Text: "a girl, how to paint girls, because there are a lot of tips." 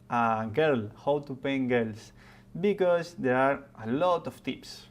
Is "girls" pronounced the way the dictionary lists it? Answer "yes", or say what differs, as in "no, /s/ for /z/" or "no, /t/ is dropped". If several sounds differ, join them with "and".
no, /s/ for /z/